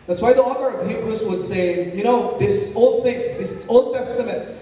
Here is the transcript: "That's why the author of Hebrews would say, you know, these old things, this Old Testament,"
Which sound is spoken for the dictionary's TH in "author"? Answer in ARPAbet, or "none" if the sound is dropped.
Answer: TH